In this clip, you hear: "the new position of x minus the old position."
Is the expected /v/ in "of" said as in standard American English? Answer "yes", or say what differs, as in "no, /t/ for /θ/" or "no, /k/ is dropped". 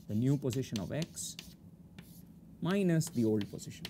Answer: yes